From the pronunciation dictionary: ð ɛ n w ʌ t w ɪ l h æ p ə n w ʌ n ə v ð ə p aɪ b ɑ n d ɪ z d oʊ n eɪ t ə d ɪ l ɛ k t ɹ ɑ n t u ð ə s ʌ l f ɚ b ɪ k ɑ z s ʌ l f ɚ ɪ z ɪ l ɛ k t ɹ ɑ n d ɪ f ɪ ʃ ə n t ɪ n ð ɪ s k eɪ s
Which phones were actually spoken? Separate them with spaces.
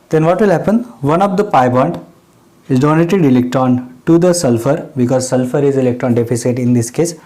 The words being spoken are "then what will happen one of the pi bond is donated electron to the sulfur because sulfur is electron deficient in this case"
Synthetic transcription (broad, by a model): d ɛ n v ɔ t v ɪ l h æ p ə n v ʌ n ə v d ə p aɪ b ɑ n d ɪ z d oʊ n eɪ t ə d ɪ l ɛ k t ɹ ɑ n t u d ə s ʌ l f ɚ b ɪ k ɑ z s ʌ l f ɚ ɪ z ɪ l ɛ k t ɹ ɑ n d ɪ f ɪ s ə t ɪ n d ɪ s k eɪ s